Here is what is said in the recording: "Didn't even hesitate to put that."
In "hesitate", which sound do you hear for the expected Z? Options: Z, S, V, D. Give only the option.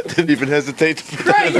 Z